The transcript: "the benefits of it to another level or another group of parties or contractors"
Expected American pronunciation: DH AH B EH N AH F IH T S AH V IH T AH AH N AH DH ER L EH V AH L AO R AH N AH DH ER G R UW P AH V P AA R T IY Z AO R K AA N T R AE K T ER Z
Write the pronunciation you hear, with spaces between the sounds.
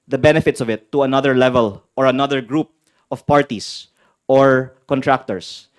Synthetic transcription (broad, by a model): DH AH B EH N AH F IH T S AH V IH T AH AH N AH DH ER L EH V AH L AO R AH N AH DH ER G R UW P AH V P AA R T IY S AO R K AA N T R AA K T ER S